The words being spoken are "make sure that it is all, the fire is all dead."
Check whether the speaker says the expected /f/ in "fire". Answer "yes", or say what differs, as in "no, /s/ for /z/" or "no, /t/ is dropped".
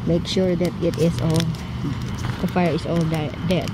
yes